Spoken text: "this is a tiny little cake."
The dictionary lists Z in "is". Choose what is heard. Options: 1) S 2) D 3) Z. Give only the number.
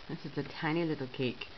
1